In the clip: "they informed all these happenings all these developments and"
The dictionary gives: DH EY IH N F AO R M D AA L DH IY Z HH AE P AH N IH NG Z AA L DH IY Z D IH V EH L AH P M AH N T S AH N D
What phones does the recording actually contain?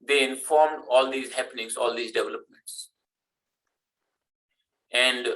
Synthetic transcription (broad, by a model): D EY IH N F AO R M D AA L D IY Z HH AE P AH N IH NG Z AA L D IY Z D IH V EH L AH P M AH N T S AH N D